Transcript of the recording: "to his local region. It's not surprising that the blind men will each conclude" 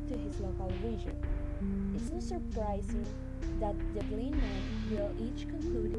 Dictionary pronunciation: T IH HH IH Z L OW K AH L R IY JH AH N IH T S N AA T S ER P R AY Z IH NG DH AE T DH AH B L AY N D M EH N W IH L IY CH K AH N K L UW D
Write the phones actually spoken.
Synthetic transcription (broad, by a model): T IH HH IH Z L OW K AH L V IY ZH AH N IH T S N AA S ER P R AY Z IH NG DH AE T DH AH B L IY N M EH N W IH L IY CH K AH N K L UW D